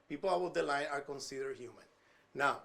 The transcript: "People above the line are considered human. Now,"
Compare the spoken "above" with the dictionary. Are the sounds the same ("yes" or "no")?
no